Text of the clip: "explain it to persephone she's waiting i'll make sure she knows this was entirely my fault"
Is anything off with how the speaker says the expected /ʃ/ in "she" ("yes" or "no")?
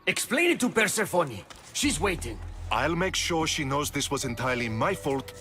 no